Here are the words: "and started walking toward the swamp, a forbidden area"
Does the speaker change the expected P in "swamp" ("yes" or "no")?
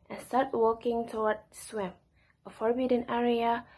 yes